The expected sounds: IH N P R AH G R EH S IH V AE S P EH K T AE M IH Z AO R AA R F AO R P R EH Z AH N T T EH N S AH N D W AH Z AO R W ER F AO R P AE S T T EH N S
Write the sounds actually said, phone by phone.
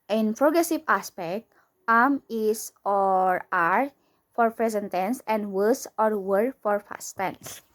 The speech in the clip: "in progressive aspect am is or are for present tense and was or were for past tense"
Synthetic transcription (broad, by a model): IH N P R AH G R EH S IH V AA S P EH K T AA M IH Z AO R AA R F AO R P R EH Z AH N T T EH N S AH N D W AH S AO R W ER F AO R F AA S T T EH N S